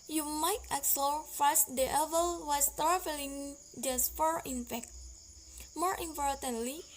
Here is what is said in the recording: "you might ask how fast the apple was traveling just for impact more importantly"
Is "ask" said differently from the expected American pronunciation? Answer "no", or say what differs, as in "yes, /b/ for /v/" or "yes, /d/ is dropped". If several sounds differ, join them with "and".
yes, /s/ is dropped